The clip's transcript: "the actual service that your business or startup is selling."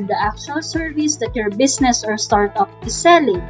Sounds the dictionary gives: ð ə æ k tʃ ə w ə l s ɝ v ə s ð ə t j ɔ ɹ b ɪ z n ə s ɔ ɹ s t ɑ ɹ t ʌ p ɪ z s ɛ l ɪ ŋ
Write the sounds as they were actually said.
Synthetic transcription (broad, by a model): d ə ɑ k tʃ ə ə l s ɝ v ə s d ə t j ɔ ɹ b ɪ s n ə s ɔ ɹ s t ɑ ɹ t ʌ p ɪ s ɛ l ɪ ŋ